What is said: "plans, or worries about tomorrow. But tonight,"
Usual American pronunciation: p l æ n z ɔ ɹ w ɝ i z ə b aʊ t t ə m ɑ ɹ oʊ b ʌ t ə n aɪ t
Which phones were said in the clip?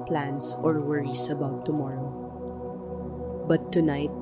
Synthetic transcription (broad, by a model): p l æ n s ɔ ɹ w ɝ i s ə b aʊ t t ə m ɑ ɹ oʊ b ʌ t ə n aɪ t